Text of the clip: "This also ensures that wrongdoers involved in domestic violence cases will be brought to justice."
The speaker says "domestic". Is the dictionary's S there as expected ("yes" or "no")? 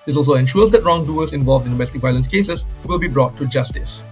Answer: no